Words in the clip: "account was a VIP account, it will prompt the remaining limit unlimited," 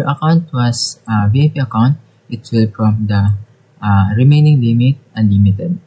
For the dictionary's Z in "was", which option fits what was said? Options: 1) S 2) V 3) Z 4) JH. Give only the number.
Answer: 1